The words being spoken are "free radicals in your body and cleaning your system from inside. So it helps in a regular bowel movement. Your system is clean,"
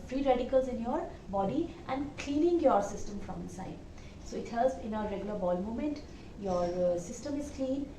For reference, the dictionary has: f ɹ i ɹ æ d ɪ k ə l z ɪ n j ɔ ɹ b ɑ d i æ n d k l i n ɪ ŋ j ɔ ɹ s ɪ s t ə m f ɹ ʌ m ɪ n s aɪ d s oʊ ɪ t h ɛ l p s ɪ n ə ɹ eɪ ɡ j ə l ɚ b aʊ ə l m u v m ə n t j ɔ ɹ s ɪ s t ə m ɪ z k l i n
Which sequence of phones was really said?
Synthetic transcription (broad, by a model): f ɹ i ɹ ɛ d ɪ k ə l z ɪ n j ɔ ɹ b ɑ d i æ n d k l i n ɪ ŋ j ɔ ɹ s ɪ s t ə m f ɹ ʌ m ɪ n s aɪ d s oʊ ɪ t h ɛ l s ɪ n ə ɹ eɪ ɡ j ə l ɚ b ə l m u m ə n t j ɔ ɹ s ɪ s t ə m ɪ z k l i n